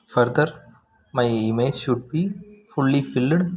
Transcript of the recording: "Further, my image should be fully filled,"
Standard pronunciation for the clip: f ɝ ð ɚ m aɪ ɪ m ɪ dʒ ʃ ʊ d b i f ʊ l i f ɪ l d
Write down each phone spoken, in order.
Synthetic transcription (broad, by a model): f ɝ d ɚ m aɪ ɪ m ɪ dʒ ʃ ʊ d b i f ʊ l i f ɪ l d